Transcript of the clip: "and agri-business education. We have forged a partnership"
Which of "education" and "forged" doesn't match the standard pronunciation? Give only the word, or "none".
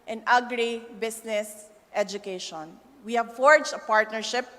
forged